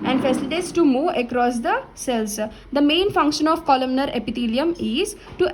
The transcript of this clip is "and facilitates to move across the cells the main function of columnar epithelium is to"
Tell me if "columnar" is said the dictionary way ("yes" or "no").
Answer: yes